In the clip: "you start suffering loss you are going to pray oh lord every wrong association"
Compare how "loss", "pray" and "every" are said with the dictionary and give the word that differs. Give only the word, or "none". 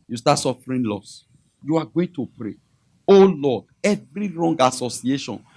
none